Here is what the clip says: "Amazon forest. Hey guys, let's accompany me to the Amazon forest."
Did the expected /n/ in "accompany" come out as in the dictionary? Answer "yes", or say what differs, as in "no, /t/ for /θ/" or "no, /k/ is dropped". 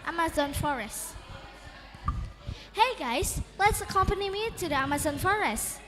yes